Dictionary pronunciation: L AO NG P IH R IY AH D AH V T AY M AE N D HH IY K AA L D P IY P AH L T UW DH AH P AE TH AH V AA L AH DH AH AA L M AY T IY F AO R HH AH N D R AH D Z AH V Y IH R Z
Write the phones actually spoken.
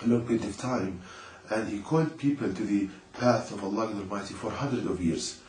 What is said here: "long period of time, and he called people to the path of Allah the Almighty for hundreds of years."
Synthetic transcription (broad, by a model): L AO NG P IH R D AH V T AY M AE N D HH IY K AA L D P IY P AH L T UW DH AH P AE TH AH V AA L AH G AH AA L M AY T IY F AO R HH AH N D R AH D AH V Y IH R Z